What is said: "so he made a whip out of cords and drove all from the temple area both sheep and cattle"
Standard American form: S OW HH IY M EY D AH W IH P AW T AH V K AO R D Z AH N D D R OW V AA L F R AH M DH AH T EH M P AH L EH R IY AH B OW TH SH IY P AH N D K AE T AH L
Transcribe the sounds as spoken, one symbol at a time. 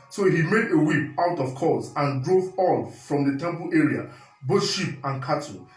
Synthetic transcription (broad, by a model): S OW HH IY M EY D AH W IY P AW T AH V K AO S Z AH N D D R OW V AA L F R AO M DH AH T EH M P AH L EH R IY AH B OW T SH IY P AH N K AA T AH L